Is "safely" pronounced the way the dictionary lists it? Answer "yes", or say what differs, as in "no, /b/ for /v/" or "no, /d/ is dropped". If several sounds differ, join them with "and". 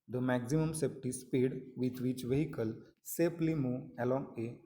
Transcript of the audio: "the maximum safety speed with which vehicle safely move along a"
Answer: no, /p/ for /f/